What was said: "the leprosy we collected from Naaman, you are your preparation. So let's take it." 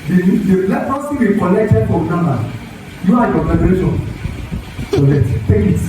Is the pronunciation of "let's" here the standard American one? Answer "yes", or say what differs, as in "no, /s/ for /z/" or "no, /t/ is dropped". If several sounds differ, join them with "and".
no, /s/ is dropped